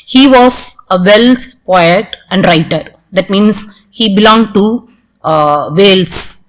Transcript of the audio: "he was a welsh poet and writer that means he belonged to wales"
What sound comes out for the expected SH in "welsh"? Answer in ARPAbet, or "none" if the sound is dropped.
S